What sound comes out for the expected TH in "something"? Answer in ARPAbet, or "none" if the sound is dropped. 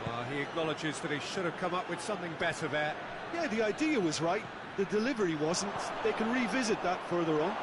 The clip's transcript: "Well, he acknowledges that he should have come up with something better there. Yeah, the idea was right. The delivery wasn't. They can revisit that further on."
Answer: TH